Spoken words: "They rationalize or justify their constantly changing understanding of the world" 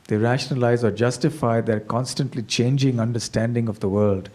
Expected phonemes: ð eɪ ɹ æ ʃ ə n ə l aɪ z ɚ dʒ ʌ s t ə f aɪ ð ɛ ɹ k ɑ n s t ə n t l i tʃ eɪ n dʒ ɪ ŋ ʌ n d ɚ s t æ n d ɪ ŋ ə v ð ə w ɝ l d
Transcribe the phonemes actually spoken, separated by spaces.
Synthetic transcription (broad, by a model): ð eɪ ɹ æ ʃ ə n ə l aɪ z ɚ dʒ ʌ s t ə f aɪ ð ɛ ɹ k ɑ n s t ə n t l i tʃ eɪ n dʒ ɪ ŋ ʌ n d ɚ s t æ n d ɪ ŋ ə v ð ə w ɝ l d